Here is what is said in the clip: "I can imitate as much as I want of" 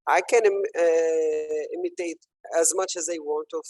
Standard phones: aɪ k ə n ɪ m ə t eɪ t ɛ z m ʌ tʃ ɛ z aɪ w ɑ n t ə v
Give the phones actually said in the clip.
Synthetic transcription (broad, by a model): aɪ k ə n ɪ m ə t eɪ t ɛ z m ʌ tʃ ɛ z aɪ w ɑ n t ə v